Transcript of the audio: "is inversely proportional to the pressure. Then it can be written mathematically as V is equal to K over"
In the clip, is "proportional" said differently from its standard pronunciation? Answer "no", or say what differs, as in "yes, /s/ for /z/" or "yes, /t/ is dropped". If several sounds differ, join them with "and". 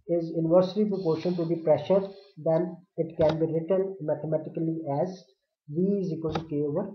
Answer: yes, /n/ is dropped and /n/ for /l/